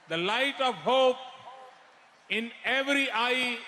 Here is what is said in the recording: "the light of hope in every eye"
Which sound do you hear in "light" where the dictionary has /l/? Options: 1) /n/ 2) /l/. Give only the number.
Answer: 2